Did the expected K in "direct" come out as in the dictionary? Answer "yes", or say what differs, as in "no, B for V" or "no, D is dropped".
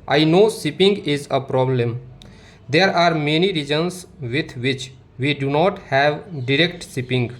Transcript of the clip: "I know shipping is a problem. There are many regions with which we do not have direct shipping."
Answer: yes